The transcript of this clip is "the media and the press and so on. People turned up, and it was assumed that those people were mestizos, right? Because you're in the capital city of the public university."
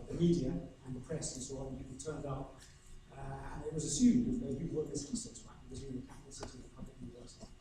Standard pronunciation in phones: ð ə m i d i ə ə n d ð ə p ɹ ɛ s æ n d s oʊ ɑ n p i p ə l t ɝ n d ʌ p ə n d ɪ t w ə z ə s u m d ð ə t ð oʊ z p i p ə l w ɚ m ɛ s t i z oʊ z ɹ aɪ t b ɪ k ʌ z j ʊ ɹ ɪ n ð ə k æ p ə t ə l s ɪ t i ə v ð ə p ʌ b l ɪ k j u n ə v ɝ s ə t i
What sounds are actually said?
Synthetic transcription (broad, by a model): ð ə m i d i ə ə n ð ə p ɹ ɛ s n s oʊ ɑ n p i ə t ɝ n d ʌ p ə n ɪ t w ə z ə s u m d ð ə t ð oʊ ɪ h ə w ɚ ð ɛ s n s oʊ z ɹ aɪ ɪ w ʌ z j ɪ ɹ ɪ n ð ə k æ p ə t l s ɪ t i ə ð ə p ʌ b l ɪ k j u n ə v ɝ s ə t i